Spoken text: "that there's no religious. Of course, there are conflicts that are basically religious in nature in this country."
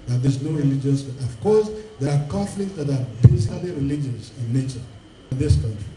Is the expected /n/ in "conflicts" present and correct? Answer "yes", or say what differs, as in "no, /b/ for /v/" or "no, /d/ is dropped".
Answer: no, /n/ is dropped